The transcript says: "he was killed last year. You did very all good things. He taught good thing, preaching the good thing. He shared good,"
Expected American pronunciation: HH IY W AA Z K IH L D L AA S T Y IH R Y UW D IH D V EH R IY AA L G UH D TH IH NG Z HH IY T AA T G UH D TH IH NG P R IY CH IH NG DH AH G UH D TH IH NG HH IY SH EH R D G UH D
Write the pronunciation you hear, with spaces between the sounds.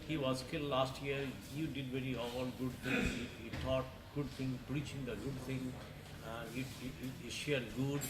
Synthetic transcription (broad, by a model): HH IY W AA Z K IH L L AA S T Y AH R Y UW D IH D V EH R IY AA L G UH D T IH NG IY HH IY T AA T G UH D T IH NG P R IY CH IH NG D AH G UH D T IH NG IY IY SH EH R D G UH D